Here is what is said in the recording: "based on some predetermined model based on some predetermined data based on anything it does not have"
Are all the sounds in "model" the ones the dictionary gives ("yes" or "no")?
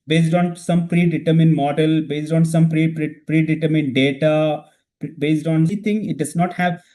yes